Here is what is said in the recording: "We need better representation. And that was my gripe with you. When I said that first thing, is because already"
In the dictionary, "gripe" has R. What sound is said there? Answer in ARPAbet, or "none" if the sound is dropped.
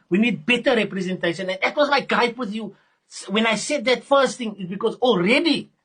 none